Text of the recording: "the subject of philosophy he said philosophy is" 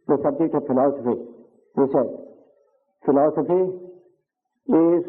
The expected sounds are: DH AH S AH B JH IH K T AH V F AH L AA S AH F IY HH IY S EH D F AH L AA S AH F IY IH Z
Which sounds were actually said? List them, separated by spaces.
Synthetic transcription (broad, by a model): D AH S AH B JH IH T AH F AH L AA S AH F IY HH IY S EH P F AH L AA S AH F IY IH